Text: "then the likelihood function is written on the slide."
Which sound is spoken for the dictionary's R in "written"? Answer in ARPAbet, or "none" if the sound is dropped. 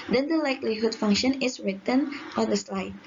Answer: R